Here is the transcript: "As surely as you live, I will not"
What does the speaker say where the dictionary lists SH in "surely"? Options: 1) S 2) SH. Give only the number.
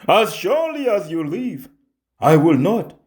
2